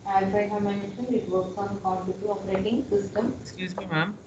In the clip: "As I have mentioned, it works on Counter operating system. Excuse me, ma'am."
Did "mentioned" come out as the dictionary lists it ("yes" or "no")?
no